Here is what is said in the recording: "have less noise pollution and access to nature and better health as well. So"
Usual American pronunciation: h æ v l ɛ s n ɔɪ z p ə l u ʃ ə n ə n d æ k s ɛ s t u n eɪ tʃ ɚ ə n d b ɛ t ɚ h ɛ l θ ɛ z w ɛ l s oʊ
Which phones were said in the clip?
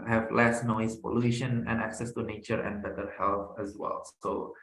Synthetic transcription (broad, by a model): h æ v l ɛ s n ɔɪ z p ə l u ʃ ə n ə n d æ k s ɛ s t u n eɪ tʃ ɚ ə n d b ɛ t ɚ h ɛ l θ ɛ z w ɛ l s oʊ